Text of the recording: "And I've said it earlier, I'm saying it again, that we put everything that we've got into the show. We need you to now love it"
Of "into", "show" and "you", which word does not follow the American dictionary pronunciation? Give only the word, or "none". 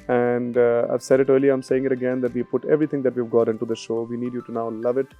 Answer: none